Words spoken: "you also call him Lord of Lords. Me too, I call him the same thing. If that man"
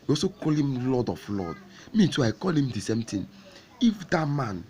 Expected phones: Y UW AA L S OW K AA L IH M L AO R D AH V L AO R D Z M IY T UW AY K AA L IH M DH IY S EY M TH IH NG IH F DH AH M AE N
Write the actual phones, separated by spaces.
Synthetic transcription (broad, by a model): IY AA S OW K AA L IH M L AO D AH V L AO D M IY T UW AY K AA L IH M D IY S EY M T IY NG IH F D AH M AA N